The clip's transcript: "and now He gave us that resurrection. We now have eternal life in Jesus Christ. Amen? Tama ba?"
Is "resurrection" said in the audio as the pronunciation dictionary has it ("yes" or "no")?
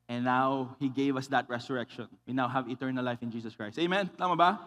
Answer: no